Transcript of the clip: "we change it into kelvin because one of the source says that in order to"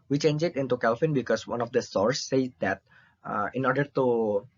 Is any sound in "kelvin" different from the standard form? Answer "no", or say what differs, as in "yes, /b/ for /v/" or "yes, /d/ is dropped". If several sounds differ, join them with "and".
yes, /f/ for /v/